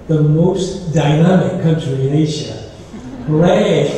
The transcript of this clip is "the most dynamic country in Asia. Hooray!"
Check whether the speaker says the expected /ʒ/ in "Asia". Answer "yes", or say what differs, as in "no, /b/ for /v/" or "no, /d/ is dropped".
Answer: no, /ʃ/ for /ʒ/